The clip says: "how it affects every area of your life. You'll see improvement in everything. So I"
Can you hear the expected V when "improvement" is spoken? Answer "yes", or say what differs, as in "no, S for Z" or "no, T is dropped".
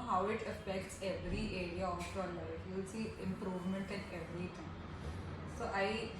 yes